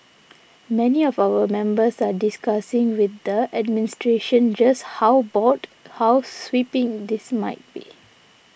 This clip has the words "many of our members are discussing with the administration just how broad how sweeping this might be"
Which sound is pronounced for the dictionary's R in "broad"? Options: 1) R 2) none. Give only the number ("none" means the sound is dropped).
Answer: 2